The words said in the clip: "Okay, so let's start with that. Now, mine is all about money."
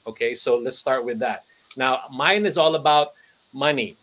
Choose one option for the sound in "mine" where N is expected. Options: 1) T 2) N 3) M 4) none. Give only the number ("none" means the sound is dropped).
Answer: 2